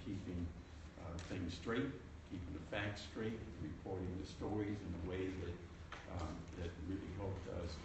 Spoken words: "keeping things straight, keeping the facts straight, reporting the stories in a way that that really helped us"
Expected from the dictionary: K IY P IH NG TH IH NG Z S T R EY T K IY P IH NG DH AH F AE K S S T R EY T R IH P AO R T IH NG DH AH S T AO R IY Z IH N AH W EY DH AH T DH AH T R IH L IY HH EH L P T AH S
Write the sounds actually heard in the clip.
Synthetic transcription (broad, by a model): K IY P IH NG TH IH NG Z S T R EY T K IY P IH NG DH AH F AE K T S T R EY T R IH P AO R T IH NG DH AH S T AO R IY Z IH N AH W EY DH AH T DH AH T R IH L IY HH EH L P T AH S